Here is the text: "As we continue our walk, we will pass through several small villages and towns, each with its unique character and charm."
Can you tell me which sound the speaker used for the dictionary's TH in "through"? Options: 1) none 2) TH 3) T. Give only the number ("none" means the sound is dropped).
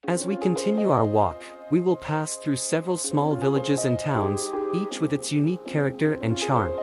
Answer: 2